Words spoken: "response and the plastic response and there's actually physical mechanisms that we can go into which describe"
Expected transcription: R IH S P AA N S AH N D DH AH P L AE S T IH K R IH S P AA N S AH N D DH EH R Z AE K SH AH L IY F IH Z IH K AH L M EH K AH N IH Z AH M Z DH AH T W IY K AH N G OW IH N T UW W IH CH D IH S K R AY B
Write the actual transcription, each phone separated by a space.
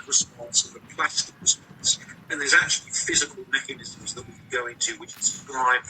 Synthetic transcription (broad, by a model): R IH S P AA N S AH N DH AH P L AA S T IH K R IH S P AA N S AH N DH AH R Z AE K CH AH L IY F IH Z IH K AH L M EH K AH N IH Z AH M Z DH AH T W IY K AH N G OW IH N T UW W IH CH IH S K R AY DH